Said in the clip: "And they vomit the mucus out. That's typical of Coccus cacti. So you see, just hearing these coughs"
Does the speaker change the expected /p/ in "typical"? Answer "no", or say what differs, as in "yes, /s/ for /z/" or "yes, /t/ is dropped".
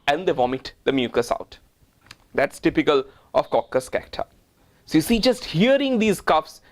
no